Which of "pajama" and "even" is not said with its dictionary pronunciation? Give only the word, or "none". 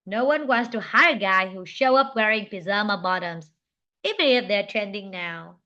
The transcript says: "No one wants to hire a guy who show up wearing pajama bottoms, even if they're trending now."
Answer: pajama